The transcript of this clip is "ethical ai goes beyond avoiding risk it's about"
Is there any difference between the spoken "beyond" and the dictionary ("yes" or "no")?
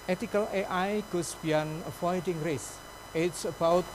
yes